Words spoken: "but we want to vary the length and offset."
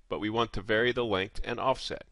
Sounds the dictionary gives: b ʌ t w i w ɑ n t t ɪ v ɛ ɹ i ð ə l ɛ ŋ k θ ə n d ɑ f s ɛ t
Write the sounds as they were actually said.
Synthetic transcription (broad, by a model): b ʌ t w i w ɑ n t t ɪ v ɛ ɹ i ð ə l ɛ ŋ k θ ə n ɑ f s ɛ t